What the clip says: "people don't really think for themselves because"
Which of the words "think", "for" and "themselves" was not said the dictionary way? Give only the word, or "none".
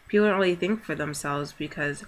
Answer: none